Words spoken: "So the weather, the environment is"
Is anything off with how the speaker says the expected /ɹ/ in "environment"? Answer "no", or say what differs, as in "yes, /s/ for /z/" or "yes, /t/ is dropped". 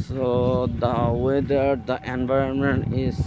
no